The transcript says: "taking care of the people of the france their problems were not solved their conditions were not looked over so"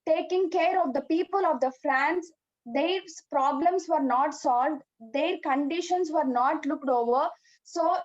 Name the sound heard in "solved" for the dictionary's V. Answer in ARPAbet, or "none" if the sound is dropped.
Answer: V